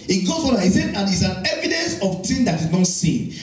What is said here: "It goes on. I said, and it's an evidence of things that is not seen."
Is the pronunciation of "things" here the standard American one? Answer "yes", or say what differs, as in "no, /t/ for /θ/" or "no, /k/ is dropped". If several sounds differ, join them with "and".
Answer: no, /t/ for /θ/